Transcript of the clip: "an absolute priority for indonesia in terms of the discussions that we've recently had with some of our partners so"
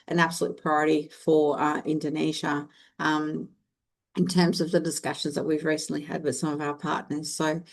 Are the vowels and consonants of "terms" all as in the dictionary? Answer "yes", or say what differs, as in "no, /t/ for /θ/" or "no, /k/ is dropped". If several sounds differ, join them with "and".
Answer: yes